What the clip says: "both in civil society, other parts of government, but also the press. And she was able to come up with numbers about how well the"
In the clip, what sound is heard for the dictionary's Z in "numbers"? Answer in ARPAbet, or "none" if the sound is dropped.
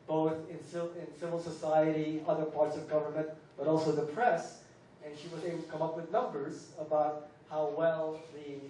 Z